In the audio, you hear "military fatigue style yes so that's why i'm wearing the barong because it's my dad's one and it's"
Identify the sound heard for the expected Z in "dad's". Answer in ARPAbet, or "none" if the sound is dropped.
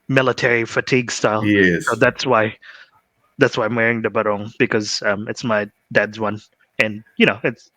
Z